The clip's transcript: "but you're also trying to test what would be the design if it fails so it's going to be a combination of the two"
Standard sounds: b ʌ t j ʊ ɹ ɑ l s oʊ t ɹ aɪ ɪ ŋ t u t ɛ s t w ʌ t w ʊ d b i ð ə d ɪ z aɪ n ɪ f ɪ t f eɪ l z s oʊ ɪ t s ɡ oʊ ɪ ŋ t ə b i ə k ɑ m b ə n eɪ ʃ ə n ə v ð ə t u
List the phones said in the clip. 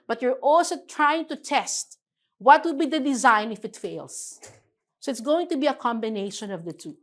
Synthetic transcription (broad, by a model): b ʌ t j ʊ ɹ ɑ l s oʊ t ɹ aɪ ɪ ŋ t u t ɛ s t w ʌ t w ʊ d b i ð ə d ɪ z aɪ n ɪ f ɪ t f eɪ l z s oʊ ɪ t s ɡ oʊ ɪ ŋ t ə b i ə k ɑ m b ə n eɪ ʃ ə n ə v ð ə t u